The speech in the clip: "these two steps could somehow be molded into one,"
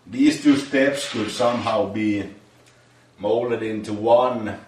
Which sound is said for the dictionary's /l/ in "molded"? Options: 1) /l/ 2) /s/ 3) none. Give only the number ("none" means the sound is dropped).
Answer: 1